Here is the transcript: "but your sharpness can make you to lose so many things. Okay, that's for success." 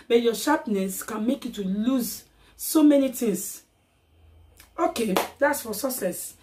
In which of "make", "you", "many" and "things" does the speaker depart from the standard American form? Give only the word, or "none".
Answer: things